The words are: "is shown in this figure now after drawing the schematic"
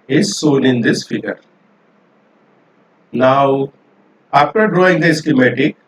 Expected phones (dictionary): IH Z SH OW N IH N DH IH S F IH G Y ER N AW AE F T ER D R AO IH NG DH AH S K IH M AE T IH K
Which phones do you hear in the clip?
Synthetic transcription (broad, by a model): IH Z S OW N IH N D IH S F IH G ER N AW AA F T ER D R AO IH NG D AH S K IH M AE T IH K